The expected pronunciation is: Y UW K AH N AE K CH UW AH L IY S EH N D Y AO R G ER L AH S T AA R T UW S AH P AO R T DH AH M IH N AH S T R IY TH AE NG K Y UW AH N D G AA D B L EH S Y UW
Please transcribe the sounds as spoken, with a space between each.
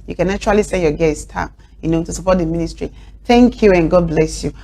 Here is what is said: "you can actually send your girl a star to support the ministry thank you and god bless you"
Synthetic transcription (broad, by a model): Y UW K AH N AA CH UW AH L IY S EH Y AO G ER AH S T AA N T UW S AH P AO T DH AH M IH N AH S T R IY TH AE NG K Y UW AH N G AA D B L EH S Y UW